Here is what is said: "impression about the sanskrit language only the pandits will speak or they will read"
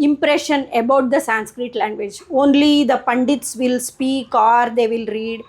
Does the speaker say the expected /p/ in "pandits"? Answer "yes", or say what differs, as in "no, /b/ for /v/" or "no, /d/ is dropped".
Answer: yes